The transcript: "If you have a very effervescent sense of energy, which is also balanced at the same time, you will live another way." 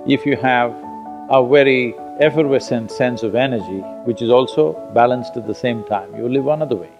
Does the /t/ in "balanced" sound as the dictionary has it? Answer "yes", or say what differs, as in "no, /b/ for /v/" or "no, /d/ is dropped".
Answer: yes